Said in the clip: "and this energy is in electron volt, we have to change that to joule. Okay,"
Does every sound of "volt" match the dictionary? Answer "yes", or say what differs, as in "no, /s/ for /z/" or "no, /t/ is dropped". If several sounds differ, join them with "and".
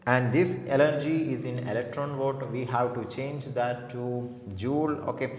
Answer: no, /l/ is dropped